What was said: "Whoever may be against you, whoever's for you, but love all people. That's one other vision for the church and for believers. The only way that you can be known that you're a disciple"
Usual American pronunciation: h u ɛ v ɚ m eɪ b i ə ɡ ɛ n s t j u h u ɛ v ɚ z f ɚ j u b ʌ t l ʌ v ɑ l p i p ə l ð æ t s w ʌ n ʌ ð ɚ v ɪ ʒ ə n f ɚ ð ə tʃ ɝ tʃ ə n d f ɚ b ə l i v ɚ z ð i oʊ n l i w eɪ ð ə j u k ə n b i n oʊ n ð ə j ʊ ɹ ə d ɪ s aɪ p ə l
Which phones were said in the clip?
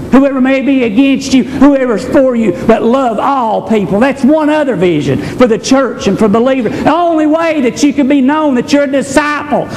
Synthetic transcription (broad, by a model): h u ɛ v ɚ m eɪ b i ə ɡ ɛ n s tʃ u h u ɛ v ɚ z f ɚ j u b ʌ t l ʌ v ɑ l p i p l ð æ t s w ʌ n ʌ ð ɚ v ɪ ʒ ə n f ɚ ð ə tʃ ɝ tʃ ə n f ɚ b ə l i v ɚ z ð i oʊ n l i w eɪ ð ə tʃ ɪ k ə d b i n oʊ n ð ə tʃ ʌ ɹ ə d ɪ s aɪ p l